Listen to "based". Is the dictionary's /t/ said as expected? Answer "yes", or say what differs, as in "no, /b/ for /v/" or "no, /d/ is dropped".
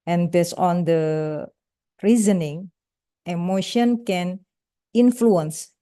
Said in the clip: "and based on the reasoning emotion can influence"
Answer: no, /t/ is dropped